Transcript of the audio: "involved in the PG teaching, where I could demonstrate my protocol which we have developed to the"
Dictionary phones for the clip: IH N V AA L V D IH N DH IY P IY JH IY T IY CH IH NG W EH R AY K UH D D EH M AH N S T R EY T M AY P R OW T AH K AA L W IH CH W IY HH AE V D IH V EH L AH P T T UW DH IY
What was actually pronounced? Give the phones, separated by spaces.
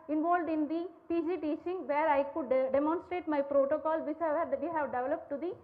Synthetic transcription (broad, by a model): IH N V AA L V D IH N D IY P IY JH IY T IY CH IH NG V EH R AY K UH D D EH M AH N S T R EY T M AY P R OW T AH K AA L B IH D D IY HH AE V D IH V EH L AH P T T UW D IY